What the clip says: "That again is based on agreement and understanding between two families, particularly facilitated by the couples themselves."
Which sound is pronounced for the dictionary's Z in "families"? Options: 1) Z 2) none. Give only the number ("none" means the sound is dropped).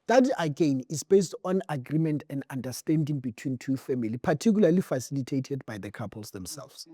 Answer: 2